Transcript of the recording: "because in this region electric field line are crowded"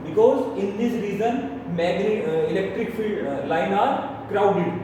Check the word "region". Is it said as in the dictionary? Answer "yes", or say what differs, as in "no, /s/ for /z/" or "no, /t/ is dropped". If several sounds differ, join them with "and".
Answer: no, /z/ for /dʒ/